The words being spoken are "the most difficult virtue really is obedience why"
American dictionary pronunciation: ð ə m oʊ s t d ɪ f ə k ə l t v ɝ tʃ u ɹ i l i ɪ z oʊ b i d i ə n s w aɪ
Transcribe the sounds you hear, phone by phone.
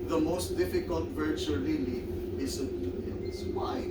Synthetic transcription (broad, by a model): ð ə m oʊ s t d ɪ f ə k ə l t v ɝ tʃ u l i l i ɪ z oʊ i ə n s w aɪ